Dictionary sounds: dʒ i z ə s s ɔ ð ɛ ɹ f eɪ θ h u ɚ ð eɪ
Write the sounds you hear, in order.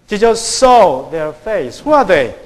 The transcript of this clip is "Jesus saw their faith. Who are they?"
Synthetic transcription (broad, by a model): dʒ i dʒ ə s s ɔ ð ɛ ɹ f eɪ s h u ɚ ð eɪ